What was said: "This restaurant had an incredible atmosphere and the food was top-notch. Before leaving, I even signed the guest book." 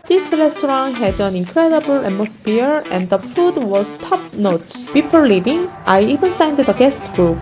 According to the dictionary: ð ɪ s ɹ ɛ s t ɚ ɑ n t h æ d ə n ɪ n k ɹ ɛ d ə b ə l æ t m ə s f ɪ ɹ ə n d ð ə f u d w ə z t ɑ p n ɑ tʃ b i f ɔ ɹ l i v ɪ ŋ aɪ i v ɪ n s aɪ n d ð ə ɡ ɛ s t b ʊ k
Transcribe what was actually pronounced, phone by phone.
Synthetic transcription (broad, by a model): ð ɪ s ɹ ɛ s t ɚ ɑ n h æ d ə n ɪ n k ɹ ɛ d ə b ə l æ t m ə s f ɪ ɹ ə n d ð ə f u d w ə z t ɑ p n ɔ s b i p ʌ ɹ l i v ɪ ŋ aɪ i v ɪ n s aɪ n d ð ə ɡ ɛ s t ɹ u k